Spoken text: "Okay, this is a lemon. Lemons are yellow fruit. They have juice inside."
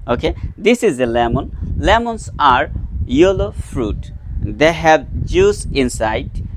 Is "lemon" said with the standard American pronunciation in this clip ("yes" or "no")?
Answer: yes